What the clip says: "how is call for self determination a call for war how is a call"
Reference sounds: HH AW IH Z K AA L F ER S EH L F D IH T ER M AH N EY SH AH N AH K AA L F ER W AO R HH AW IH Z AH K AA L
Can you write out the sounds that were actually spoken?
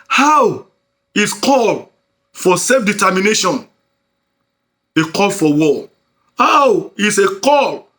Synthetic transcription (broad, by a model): HH AW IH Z K AA L F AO S EH L F D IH T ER M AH N EY SH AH N AH K AA L F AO W AO L HH AW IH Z AH K AA L